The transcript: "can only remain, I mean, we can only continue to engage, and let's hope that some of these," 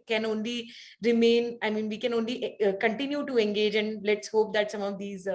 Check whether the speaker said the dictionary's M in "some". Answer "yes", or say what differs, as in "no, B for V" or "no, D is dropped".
yes